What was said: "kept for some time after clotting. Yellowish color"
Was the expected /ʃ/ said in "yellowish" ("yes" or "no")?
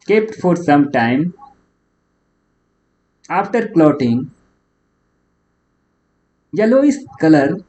no